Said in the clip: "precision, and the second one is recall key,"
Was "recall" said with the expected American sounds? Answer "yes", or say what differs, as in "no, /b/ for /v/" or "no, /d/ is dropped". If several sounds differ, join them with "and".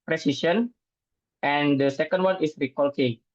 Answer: yes